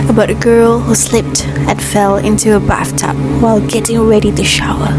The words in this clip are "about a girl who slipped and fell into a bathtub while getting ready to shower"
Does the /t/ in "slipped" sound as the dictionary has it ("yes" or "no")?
yes